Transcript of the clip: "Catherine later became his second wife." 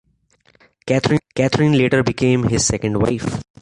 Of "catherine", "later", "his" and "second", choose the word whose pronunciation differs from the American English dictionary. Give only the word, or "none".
catherine